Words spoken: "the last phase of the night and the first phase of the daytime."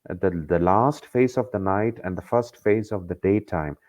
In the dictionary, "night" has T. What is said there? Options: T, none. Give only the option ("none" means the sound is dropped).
T